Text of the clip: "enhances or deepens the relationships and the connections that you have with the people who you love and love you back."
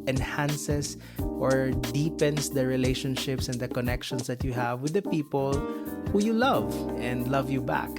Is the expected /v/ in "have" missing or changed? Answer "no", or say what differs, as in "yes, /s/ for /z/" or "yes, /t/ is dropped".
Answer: no